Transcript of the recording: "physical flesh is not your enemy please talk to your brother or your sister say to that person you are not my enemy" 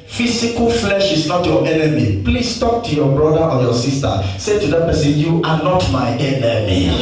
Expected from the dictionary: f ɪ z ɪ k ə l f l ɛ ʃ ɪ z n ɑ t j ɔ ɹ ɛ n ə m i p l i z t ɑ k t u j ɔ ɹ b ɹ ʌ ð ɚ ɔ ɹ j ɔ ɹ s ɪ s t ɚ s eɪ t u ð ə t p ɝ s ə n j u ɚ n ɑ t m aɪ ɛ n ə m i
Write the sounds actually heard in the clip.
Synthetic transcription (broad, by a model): f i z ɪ k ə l f l ɛ ʃ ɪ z n ɑ t j ɔ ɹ ɛ n ə m i p l i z t ɑ k t u j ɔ b ɹ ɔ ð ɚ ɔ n j ɔ s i s t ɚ s eɪ t u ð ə t p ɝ s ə n j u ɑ n ɑ t m aɪ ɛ n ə m i